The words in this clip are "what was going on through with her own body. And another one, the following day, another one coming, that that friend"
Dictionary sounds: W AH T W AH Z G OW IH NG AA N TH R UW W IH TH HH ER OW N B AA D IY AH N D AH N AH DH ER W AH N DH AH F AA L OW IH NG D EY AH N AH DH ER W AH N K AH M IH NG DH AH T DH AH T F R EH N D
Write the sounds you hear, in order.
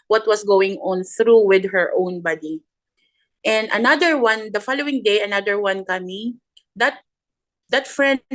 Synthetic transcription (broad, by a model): W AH T W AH S G OW IH NG AA N TH R UW W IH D HH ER OW N B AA D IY AH N D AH N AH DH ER W AH N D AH F AA L OW IH NG D EY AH N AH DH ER W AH N K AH M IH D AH T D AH T F R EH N